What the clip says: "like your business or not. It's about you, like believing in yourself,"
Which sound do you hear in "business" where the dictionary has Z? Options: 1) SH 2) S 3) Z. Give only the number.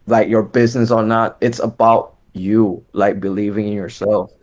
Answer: 3